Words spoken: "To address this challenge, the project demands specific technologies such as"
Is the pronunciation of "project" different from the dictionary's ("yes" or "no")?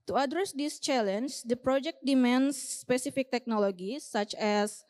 no